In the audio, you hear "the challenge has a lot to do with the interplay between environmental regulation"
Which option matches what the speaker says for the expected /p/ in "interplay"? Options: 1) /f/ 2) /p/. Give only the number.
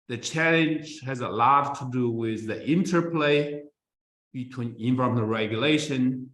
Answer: 2